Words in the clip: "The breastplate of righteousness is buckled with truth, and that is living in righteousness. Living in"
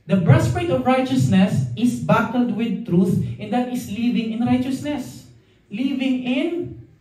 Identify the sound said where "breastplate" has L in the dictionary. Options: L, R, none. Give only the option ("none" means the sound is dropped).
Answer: none